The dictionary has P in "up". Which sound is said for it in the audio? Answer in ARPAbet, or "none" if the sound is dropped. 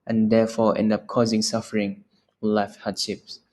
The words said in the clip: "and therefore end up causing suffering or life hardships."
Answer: P